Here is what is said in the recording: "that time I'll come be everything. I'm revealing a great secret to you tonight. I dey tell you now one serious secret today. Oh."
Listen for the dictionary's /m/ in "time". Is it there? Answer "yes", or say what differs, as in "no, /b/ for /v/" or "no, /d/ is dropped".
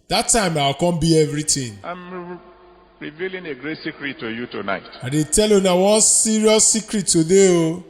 yes